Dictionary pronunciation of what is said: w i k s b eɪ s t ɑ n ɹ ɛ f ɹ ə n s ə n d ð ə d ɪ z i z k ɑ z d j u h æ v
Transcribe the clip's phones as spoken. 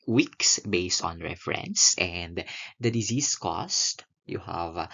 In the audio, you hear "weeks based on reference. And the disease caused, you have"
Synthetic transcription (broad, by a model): w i k s b eɪ s t ɑ n ɹ ɛ f ɹ ə n s ə n d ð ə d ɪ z i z k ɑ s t j u h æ v